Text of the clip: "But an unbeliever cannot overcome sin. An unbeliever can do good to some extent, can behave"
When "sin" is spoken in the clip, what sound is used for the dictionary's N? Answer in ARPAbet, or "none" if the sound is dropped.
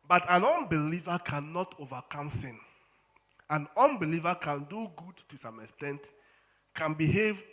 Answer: N